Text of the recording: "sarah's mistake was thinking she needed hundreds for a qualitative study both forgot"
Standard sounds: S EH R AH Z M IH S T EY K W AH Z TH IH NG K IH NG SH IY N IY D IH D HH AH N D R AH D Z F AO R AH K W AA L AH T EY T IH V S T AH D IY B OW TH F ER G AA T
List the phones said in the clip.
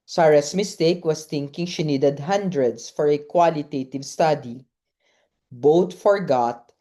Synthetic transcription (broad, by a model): S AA R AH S M IH S T EY K W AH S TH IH NG K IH NG SH IY N IY D IH D HH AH N D R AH D S F AO R AH K W AA L AH T EY T IH V S T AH D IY B OW T F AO G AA T